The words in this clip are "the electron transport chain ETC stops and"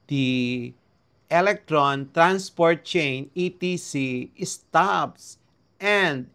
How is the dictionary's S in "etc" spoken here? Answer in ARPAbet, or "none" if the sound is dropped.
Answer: none